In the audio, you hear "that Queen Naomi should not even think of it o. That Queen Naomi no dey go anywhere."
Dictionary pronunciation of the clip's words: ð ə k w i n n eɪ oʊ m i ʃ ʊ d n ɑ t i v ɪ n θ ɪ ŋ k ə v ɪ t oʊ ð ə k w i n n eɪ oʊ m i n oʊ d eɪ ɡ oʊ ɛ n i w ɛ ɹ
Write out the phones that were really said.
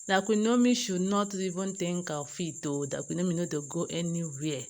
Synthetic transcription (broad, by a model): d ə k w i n n oʊ m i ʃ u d n ɑ t i v ɪ n t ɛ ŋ k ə f ɪ t oʊ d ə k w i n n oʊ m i n oʊ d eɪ ɡ oʊ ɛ n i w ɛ